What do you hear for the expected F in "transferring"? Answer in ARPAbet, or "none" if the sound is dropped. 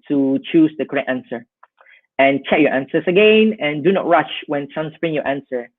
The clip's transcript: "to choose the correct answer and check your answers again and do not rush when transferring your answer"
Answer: P